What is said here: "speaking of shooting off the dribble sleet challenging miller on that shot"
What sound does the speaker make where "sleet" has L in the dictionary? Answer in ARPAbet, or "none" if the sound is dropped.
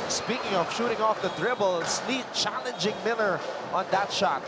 N